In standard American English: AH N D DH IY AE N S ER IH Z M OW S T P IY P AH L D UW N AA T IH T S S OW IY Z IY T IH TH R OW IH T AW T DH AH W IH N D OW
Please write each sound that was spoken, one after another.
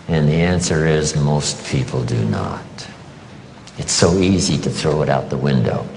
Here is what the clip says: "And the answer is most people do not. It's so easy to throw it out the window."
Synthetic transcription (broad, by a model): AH N DH IY AE N S ER IH Z M OW S T P IY P L D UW N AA T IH T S S OW IY Z IY T IH TH R OW IH T AW T DH AH W IH N D OW